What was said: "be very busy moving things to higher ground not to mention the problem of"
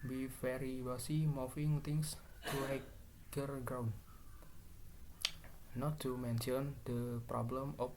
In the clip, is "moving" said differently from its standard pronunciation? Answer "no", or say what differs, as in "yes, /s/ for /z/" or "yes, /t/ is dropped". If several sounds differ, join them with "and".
yes, /f/ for /v/